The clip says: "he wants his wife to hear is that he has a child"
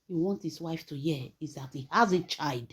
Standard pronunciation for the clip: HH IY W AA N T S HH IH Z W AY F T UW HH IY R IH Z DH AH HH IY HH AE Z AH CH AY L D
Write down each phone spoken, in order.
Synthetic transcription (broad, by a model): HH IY W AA N T HH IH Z W AY F T UW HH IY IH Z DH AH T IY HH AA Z AH CH AY L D